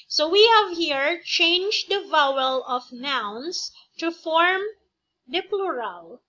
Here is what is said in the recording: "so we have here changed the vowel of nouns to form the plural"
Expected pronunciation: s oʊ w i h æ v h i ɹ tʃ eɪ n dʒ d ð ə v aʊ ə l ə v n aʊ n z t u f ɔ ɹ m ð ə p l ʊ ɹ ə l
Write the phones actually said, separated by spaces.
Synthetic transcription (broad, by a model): s oʊ w i h æ v h i ɹ tʃ eɪ n dʒ d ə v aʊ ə l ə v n aʊ n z t u f ɔ ɹ m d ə p l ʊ ɹ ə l